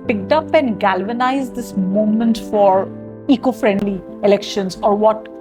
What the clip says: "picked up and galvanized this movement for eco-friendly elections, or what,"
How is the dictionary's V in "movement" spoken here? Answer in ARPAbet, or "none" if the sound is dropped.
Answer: none